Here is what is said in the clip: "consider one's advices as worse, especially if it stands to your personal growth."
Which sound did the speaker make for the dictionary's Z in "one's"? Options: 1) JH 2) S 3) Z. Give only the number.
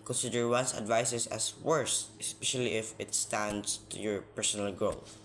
2